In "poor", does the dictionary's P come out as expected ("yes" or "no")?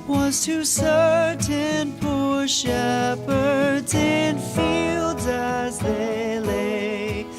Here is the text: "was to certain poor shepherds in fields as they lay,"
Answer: yes